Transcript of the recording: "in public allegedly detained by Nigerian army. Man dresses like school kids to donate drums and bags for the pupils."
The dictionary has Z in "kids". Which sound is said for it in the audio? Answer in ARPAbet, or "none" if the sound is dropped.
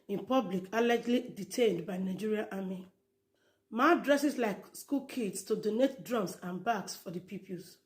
S